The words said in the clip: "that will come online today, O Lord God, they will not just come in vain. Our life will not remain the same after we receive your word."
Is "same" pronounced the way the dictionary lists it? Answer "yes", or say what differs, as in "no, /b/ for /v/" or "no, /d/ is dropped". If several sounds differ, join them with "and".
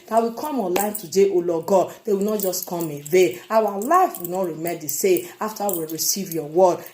no, /m/ is dropped